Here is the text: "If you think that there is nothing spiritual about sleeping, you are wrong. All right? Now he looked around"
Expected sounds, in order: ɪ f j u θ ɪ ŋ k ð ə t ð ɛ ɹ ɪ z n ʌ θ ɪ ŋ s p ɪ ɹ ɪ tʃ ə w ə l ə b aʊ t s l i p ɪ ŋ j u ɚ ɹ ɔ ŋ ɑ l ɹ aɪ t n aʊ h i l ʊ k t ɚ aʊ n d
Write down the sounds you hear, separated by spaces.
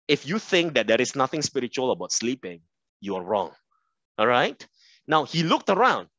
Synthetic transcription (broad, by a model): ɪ f j u θ ɪ ŋ k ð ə t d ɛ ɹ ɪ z n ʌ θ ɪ ŋ s p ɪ ɹ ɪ tʃ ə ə l ə b aʊ t s l i p ɪ ŋ j u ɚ ɹ ɔ ŋ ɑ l ɹ aɪ t n aʊ h i l ʊ k t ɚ aʊ n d